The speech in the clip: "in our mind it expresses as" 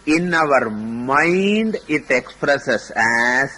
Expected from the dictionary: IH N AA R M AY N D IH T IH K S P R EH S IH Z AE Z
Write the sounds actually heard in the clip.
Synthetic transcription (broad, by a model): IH N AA R M AY N D IH T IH K S P R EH S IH S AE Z